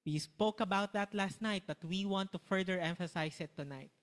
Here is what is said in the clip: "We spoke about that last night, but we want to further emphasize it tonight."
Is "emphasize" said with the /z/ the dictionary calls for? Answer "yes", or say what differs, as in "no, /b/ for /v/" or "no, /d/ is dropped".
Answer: no, /s/ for /z/